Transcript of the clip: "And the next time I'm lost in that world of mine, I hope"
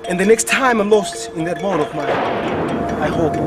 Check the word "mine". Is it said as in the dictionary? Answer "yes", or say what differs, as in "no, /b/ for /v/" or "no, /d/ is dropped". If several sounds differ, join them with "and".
no, /n/ is dropped